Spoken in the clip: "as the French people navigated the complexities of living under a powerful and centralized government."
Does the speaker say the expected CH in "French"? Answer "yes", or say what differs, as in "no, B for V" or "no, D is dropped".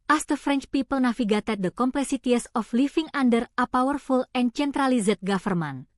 yes